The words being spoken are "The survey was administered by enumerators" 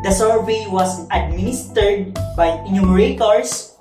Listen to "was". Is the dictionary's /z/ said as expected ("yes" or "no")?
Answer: no